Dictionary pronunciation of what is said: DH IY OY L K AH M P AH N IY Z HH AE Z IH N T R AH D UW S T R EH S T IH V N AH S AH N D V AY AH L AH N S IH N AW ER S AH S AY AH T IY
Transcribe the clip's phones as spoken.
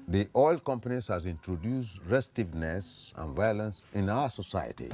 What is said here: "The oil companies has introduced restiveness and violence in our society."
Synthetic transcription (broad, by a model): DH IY OY L K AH M P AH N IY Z HH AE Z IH N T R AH D UW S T R EH S T IH V N AH S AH N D V AY AH L AH N S IH N AW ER S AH S AY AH T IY